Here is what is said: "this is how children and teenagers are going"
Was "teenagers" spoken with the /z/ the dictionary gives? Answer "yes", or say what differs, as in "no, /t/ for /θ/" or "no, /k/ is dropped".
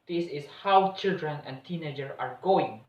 no, /z/ is dropped